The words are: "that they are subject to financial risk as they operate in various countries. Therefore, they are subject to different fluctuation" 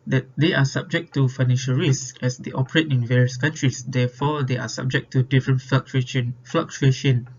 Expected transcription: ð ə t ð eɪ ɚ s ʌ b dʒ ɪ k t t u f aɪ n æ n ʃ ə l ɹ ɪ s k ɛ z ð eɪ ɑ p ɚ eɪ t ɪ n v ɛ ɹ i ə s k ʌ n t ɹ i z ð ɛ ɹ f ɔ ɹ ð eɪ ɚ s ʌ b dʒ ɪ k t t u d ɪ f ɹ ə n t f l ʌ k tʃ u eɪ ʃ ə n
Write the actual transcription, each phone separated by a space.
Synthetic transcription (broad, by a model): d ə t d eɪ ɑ s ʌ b dʒ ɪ k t t u f aɪ n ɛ n ʃ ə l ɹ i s ɛ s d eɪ ɑ p ɚ eɪ t ɪ n v ɛ ɹ i ə s k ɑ n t ɹ i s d ɛ f ɔ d eɪ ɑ s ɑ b dʒ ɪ k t t u d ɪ f ɹ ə n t f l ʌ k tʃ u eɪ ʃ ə n